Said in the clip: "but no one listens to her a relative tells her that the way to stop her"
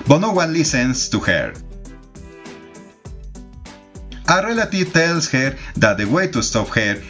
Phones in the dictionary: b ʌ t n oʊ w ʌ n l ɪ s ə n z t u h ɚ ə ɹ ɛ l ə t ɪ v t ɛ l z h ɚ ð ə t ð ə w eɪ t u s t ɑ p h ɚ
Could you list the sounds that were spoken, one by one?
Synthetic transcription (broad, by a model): b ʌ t n oʊ w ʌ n l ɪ s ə n s t u h ɚ ə ɹ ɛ l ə t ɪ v t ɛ l s h ɚ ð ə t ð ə w eɪ t u s t ɑ p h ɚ